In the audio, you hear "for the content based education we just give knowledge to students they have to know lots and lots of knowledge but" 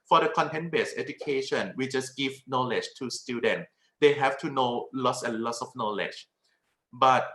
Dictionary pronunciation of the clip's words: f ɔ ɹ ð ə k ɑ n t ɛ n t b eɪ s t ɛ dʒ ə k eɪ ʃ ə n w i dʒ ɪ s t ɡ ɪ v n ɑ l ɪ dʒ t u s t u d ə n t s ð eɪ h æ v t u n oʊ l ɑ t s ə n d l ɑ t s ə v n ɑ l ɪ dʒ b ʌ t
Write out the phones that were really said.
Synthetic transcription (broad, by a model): f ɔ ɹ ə k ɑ n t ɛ n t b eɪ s ɛ dʒ ə k eɪ ʃ ə n w i dʒ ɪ s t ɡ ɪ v n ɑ l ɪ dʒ t u s t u d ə n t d eɪ h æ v t u n oʊ l ɑ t s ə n l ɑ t s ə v n ɑ l ɪ dʒ b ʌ t